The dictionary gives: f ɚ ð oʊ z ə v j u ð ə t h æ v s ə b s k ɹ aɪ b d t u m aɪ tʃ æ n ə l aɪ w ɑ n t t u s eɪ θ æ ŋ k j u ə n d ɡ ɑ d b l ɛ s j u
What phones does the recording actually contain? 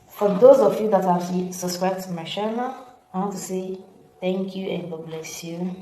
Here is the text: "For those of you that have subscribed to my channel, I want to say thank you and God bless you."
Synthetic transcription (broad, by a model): f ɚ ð oʊ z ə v j u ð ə t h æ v s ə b s k ɹ aɪ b t u m aɪ ʃ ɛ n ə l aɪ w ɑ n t t u s eɪ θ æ ŋ k j u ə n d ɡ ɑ b l ɛ s j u